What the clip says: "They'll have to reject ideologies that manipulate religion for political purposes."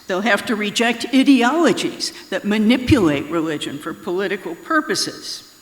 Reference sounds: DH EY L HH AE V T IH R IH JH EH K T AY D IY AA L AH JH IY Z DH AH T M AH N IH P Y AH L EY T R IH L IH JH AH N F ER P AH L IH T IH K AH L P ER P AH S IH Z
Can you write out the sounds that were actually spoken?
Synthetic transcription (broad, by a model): DH EY L HH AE F T IH R IH JH EH K T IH D IY AA L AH JH IY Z DH AH T M AH N IH P Y AH L EY T R IH L IH JH AH N F ER P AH L IH T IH K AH L P ER P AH S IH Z